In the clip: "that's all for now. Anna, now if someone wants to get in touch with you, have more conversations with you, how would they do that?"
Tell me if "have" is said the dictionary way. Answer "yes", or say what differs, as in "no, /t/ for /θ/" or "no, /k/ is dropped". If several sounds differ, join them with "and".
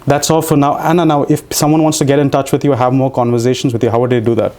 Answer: yes